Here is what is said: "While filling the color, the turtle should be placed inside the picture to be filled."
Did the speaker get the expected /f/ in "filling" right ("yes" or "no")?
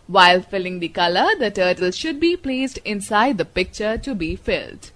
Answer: yes